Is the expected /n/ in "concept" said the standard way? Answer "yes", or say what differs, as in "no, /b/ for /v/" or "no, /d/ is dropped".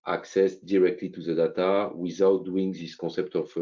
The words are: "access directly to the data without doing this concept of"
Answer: no, /n/ is dropped